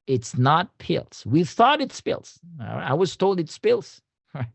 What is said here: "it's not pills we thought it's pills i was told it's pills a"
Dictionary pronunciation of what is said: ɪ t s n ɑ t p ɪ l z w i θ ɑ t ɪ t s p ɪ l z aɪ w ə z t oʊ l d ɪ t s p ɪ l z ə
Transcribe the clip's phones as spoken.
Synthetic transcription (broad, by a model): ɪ t s n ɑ t p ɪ l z w i θ ɑ t ɪ t s p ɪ l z aɪ w ə z t oʊ l d ɪ t s p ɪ l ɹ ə